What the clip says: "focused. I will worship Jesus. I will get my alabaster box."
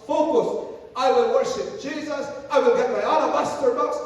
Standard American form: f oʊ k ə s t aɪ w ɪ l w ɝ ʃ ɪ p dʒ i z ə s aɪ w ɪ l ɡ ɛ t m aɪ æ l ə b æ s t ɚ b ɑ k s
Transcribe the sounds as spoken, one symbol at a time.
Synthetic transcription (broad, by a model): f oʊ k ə s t aɪ w ɪ l w ɝ ʃ ɪ p dʒ i z ə s aɪ w ɪ l ɡ ɛ t m aɪ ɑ n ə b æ s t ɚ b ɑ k s